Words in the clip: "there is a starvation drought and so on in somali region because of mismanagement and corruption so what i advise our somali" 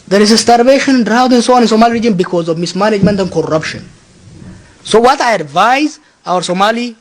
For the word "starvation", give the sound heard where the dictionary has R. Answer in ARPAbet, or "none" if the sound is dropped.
R